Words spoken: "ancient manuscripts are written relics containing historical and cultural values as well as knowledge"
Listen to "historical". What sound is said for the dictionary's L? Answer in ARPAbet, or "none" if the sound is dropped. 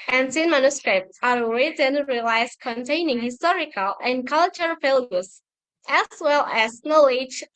L